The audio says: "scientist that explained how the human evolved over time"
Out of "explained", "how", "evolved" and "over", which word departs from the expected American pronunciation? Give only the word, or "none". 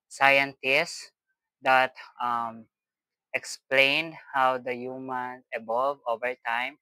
evolved